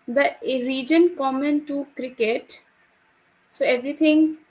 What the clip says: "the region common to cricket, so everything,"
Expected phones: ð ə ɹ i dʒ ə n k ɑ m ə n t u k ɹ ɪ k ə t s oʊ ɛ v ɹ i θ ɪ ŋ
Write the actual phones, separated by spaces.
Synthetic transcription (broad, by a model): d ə ɹ i dʒ ə n k ɑ m ə n t u k ɹ ɪ k ə t s oʊ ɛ v ɹ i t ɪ ŋ